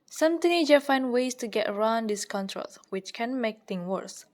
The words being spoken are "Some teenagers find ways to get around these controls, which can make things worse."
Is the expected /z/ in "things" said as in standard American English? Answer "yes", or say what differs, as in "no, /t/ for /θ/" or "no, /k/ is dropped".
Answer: no, /z/ is dropped